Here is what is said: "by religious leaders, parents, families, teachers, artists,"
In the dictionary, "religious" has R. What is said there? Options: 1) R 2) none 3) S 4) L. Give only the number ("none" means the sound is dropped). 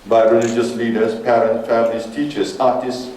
1